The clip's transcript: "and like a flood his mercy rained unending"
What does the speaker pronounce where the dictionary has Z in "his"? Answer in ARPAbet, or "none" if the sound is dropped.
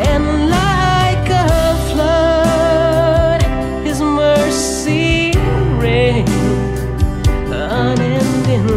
Z